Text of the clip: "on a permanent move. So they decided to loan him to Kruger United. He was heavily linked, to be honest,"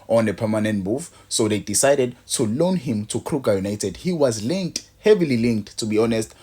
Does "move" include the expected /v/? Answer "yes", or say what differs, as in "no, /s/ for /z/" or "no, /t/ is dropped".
no, /f/ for /v/